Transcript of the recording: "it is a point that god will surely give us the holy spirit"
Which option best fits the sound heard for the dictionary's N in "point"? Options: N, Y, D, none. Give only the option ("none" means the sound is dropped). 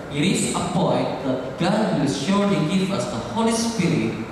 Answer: none